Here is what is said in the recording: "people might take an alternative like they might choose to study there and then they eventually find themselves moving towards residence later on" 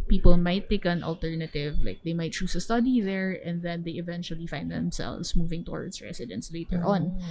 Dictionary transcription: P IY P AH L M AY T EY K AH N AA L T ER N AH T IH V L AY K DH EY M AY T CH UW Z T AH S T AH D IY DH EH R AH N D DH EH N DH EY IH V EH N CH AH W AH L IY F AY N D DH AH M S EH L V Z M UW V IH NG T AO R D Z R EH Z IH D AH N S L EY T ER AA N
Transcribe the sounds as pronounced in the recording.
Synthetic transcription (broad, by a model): P IY P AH L M AY T EY K AH N AA L T ER N AH T IH V L AY K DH EY M AY T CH UW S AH S T AH D IY DH EH R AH N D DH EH N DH EY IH V EH N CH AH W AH L IY F AY N D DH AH M S EH L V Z M UW V IH NG T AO R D S R EH S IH D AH N S L EY T ER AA N